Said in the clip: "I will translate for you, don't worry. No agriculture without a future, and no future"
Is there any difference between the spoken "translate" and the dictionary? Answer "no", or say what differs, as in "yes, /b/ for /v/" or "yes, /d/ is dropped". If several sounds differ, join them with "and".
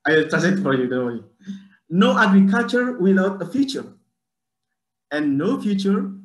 yes, /n/ is dropped and /l/ is dropped